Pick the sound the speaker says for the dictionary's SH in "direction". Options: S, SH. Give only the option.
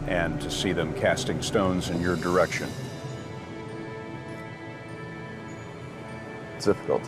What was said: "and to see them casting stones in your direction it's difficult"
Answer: SH